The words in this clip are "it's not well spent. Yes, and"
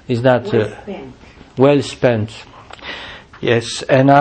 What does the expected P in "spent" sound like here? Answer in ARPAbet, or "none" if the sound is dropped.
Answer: P